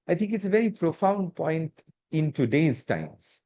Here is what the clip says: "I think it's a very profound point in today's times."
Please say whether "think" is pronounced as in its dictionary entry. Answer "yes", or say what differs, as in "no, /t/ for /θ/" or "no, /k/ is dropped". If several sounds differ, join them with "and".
no, /t/ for /θ/